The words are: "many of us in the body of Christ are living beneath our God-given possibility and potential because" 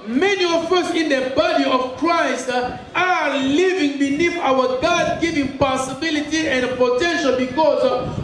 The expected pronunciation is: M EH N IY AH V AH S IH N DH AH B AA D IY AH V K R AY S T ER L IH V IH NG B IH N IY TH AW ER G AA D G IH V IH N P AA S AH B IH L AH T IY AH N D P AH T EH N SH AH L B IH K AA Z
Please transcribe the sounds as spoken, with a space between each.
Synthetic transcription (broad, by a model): M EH N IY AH F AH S IH N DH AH B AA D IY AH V K R AY S T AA L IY V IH NG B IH N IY F AW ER G AA D G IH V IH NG P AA S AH B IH L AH T IY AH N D P AH T EH N SH AH L B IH K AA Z